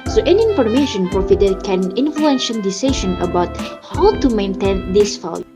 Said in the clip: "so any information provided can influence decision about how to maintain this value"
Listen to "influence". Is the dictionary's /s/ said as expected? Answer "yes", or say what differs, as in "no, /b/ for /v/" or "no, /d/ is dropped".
no, /ʃ/ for /s/